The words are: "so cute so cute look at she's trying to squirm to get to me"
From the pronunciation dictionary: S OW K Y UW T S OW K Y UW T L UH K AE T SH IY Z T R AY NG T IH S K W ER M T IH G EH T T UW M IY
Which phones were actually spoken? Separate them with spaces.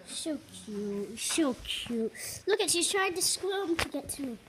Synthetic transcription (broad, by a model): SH OW K Y UW T SH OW K Y UW T L UH K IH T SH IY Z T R AY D T IH S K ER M T IH G EH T T UW